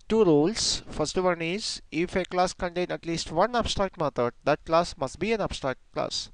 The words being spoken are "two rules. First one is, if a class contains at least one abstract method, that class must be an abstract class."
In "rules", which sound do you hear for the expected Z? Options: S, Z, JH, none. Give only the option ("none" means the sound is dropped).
S